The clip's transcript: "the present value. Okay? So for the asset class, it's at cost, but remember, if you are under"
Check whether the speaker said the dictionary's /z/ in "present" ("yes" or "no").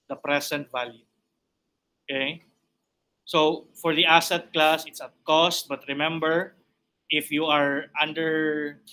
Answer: no